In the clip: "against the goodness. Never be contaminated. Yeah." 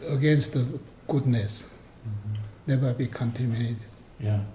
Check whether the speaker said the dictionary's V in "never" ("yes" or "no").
no